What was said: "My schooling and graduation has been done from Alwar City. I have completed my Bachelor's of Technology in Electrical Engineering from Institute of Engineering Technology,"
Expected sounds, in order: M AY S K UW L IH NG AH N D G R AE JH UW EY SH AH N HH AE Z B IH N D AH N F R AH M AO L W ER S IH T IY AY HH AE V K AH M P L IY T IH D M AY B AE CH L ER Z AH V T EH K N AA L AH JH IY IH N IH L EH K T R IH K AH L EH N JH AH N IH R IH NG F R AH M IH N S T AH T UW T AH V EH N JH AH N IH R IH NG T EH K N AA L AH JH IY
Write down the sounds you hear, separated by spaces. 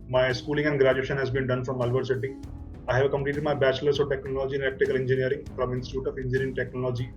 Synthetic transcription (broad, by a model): M AY S K UW L IH NG AH N D G R AE JH UW EY SH AH N HH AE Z B IH N D AH N F R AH M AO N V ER S IH T IY AY HH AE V K AH M P L IY T IH D M AY B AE CH L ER S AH T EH K N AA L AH JH IY IH N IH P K T IH K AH L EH N JH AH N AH R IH NG F R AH M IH N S T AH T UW T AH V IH N JH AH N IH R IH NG T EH K N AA L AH JH IY